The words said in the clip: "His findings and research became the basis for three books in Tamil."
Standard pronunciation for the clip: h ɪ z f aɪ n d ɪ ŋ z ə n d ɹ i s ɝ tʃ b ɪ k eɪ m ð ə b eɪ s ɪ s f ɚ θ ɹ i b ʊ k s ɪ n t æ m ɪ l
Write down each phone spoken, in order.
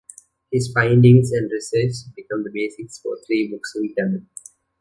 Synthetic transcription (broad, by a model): h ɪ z f aɪ n d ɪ ŋ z ə n d ɹ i s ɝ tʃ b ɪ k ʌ m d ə b eɪ s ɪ s f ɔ t ɹ i b ʊ k s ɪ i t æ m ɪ n